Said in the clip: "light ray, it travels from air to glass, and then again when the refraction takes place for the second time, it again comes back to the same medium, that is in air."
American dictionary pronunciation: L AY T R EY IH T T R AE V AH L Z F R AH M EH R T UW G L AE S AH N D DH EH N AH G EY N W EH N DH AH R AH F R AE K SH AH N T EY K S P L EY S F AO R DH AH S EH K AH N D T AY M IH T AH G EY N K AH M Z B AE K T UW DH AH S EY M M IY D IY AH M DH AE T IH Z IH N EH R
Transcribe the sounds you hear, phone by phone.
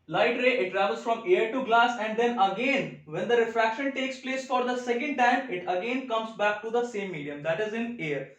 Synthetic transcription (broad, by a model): L AY T R EY IH T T R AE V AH L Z F R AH M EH R T UW G L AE S AH N D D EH N AH G EY N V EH N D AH R AH F R AE K SH AH N T EY K S P L EY S F AO R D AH S EH K AH N D T AY M IH T AH G EY N K AH M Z B AE K T UW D AH S EY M M IY D IY AH M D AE T IH Z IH N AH R